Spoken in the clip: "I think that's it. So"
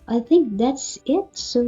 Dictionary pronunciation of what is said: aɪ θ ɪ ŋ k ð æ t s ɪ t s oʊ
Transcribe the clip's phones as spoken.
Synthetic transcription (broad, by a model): aɪ θ ɪ ŋ k ð æ t s ɪ t s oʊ